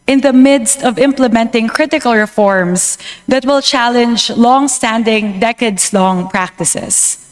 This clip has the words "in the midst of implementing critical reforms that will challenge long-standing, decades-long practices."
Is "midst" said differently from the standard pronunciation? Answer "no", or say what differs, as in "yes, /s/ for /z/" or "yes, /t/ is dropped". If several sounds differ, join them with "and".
no